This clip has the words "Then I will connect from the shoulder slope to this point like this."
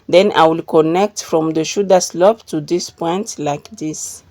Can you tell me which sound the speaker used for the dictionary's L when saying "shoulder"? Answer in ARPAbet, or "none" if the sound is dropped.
none